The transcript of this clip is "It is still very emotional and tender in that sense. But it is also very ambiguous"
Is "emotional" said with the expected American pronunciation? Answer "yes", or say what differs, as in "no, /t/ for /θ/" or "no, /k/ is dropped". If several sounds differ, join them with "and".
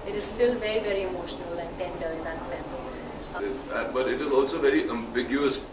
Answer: yes